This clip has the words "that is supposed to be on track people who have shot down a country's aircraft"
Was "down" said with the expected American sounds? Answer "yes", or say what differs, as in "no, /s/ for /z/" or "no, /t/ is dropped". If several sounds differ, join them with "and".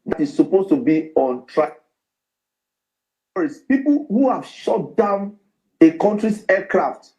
yes